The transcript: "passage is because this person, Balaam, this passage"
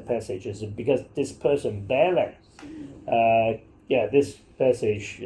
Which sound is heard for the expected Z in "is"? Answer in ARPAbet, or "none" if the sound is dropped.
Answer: Z